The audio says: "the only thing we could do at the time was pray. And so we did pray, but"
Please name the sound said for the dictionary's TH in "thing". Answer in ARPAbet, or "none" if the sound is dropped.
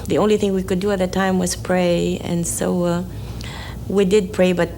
TH